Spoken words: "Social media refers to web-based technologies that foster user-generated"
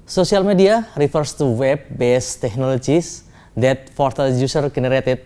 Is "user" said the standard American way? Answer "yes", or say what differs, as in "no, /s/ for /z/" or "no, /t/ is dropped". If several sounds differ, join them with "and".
no, /s/ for /z/